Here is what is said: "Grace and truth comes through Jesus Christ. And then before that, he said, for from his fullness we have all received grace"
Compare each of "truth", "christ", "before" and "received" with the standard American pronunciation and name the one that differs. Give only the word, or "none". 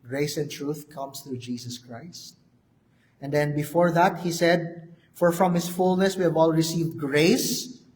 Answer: none